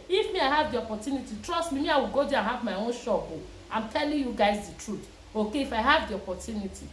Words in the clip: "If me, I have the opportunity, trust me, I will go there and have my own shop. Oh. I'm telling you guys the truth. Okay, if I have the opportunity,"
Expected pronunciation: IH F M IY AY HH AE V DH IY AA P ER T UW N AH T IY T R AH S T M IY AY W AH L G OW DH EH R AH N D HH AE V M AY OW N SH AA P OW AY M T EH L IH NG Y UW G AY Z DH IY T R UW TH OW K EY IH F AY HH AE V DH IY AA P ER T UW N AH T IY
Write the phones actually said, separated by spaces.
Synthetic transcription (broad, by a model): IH F M IY AY HH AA V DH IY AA P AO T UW N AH T IY T R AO S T M IY AY W AH L G OW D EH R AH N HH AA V M AY OW N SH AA B OW AY M T EH L IH NG Y UW G AY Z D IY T R UW T OW K EY IH F AY HH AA V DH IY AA P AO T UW N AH T IY